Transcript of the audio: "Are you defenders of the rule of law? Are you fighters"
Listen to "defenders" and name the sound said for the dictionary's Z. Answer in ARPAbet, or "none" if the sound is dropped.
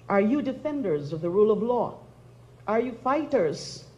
Z